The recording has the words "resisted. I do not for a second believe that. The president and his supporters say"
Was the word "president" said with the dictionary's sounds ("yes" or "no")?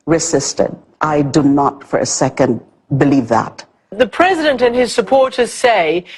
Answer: yes